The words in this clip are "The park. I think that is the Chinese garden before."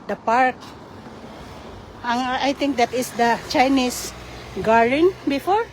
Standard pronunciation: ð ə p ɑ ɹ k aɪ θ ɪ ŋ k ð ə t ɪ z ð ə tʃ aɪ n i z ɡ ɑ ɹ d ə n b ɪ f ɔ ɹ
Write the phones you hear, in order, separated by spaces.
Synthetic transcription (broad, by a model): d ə p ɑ ɹ k aɪ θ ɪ ŋ k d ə t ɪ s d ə tʃ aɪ n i s ɡ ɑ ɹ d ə n b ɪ f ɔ ɹ